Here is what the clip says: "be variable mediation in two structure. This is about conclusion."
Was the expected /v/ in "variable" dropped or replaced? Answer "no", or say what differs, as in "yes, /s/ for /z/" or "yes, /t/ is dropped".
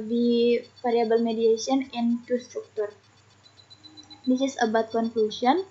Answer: yes, /f/ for /v/